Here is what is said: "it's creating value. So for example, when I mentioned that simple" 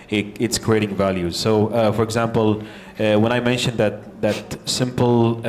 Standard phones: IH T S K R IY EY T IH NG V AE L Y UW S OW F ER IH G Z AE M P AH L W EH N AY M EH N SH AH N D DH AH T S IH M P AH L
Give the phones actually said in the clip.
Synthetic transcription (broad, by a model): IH T S K R IY EY T IH NG V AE L Y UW S OW F ER IH G Z AE M P AH L W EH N AY M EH N SH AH N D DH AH T S IH M P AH L